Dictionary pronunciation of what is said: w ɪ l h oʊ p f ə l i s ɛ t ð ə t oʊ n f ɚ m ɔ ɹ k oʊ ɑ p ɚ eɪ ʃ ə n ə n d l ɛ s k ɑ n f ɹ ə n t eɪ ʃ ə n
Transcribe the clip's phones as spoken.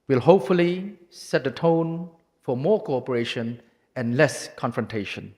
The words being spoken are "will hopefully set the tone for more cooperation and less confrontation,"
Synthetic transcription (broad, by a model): w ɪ l h oʊ p f ə l i s ɛ t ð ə t oʊ n f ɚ m ɔ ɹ k oʊ ɑ p ɚ eɪ ʃ ə n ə n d l ɛ s k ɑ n f ɹ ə n t eɪ ʃ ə n